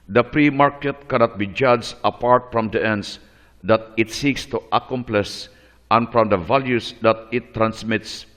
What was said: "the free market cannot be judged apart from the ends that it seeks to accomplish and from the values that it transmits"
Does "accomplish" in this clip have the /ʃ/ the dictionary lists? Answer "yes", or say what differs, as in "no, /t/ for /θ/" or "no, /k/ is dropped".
no, /s/ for /ʃ/